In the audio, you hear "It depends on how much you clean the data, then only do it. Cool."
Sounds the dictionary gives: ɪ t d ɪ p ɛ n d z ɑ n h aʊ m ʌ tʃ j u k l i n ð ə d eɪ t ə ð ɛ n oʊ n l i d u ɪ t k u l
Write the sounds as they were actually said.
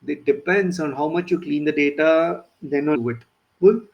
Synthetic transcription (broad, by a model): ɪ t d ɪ p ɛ n d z ɑ n h aʊ m ʌ tʃ j u k l i n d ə d eɪ t ə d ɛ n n i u ɪ t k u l